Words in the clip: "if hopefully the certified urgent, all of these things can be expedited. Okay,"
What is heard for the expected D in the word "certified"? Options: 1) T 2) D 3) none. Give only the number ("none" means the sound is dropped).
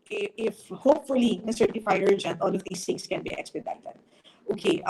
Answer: 3